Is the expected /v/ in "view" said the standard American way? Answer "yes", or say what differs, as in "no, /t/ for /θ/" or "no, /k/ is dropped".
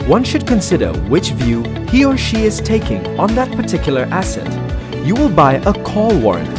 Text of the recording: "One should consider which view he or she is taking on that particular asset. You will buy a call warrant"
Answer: yes